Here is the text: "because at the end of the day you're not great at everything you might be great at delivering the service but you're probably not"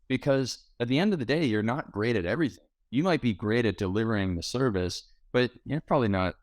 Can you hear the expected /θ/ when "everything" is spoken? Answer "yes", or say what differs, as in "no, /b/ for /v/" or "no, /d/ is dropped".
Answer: yes